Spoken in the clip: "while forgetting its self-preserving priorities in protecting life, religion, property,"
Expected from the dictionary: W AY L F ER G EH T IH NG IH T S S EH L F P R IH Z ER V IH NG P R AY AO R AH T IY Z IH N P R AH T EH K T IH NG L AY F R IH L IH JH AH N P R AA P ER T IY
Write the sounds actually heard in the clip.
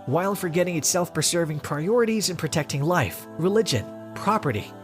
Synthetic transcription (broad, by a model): W AY L F ER G EH T IH NG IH T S S EH L F P R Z ER V IH NG P R AY AO R AH T IY Z IH N P R AH T EH K T IH NG L AY F R IH L IH JH AH N P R AA P ER T IY